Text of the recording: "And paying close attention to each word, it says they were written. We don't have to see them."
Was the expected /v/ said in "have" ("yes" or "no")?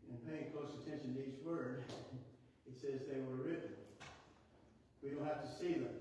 no